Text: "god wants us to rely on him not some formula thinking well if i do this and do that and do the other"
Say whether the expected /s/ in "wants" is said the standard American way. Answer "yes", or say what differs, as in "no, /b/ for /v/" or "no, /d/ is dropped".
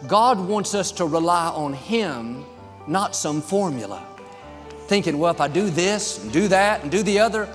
yes